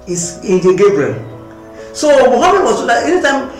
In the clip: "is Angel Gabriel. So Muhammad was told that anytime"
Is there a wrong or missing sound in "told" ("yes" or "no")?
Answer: yes